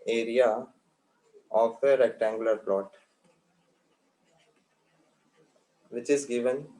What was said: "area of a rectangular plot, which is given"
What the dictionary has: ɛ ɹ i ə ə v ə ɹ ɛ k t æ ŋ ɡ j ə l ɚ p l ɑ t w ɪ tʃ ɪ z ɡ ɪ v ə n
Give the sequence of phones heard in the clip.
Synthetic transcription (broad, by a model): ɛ ɹ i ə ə f ə ɹ ɛ k t æ ŋ ɡ j ə l ɚ p l ɑ t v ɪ tʃ ɪ z ɡ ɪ v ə n